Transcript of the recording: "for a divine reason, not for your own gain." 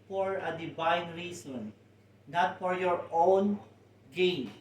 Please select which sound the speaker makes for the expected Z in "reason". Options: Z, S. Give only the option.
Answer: S